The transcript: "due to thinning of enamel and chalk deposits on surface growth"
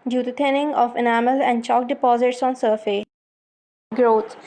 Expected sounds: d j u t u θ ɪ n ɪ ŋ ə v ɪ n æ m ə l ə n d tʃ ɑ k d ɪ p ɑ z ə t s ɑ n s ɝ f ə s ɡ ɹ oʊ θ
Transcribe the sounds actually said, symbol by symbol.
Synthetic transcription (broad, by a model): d j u t u t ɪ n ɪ ŋ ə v ɪ n æ m ə l ə n d tʃ ɑ k d ɪ p ɑ z ə t s ɑ n s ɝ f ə ɡ ɹ oʊ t